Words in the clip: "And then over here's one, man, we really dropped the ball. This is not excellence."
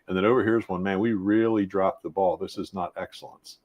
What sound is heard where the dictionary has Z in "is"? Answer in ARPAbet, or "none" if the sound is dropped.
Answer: Z